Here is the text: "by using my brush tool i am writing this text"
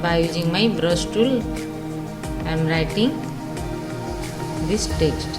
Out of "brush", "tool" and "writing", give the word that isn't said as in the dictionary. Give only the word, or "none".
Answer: brush